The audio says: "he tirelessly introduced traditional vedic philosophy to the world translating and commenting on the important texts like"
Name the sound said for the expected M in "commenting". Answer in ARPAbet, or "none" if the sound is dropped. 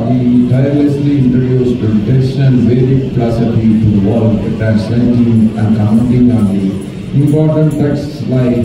none